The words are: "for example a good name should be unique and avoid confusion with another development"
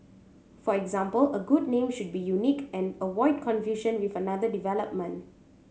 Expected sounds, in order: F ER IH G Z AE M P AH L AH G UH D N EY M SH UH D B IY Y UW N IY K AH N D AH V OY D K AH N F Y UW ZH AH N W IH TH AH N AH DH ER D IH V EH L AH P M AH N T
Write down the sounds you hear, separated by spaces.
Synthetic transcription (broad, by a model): F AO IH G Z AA M P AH L AH G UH D N EY M SH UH D B IY Y UW N IY K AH N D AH W OY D K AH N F Y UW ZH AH N W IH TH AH N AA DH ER D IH V EH L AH P M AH N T